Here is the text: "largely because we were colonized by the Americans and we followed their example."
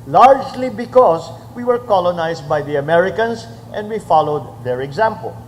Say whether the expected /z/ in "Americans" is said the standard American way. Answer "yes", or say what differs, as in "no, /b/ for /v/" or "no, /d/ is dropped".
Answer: no, /s/ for /z/